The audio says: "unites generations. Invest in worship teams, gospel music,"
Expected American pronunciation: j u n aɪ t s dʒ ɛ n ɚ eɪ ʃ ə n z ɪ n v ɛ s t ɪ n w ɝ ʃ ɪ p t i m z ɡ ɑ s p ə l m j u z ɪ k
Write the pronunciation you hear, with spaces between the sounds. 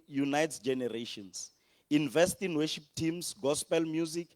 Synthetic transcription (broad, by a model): j u n aɪ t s dʒ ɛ n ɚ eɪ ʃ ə n s ɪ n v ɛ s t ɪ n w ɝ ʃ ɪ p t i m s ɡ ɑ s p ə l m j u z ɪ k